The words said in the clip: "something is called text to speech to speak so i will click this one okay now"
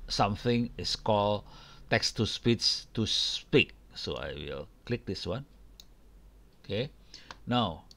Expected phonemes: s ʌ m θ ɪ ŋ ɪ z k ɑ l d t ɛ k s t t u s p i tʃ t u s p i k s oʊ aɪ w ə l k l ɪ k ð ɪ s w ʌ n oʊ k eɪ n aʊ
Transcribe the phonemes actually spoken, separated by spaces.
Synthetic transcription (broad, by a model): s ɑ m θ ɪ ŋ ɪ s k ɑ l t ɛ k s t t u s p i s t u s p i k s oʊ aɪ w ə l k l ɪ k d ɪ s w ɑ n oʊ k eɪ n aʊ